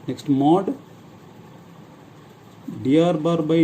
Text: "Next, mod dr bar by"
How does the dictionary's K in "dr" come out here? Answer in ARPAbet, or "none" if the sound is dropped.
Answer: none